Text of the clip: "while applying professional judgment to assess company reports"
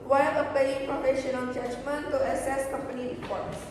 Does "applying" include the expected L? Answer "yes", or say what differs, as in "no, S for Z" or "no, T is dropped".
no, L is dropped